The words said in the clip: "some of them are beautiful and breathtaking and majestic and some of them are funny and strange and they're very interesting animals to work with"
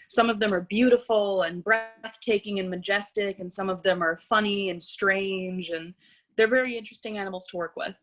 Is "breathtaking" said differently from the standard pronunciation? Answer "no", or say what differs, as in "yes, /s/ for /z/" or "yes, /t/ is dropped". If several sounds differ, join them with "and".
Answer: no